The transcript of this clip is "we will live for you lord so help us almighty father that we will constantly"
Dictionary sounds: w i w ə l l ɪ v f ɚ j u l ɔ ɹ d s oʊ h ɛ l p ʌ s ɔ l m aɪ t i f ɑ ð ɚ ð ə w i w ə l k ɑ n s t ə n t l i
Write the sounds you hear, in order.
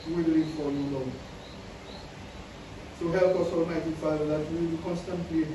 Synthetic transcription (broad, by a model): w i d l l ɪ f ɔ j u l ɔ s oʊ h ɛ l p ʌ s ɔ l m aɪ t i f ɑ ɪ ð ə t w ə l k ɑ n s t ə n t l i